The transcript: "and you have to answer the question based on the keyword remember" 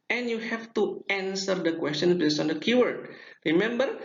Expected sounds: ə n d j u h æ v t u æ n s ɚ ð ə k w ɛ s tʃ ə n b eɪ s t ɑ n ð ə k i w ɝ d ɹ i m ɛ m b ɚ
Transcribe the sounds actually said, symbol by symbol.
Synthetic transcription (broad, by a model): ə n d j u h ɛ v t u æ n s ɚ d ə k w ɛ s tʃ ə n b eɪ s ɑ n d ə k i w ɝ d ɹ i m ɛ m b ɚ